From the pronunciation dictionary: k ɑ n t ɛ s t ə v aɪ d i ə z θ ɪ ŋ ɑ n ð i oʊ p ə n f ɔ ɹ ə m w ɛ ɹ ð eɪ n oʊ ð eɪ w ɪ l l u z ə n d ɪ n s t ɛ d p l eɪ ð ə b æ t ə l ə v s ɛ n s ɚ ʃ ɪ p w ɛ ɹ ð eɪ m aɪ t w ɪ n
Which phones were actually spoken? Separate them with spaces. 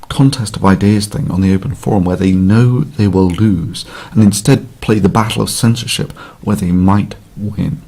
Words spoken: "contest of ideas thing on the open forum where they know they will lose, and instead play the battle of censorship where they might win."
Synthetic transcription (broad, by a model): k ɑ n t ɛ s t ə v aɪ d i ə z θ ɪ ŋ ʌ n ð i oʊ p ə n f ɔ ɹ ə m w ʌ ɹ ð eɪ n oʊ ð eɪ w ɪ l l u z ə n ɪ n s t ɛ d p l eɪ ð ə b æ t l ə v s ɛ n s ɚ ʃ ɪ p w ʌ ɹ ð eɪ m aɪ t w ɪ n